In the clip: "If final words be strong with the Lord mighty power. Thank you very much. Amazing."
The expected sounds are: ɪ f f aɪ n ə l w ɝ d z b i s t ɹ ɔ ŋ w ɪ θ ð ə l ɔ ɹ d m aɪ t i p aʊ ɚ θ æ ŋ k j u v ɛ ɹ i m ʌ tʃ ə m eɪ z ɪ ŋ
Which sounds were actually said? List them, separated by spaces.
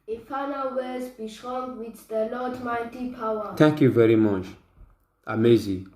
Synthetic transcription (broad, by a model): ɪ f f aɪ n ə l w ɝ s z b i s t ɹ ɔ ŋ w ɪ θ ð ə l ɔ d m aɪ t i p aʊ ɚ t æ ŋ k j u v ɛ ɹ i m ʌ tʃ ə m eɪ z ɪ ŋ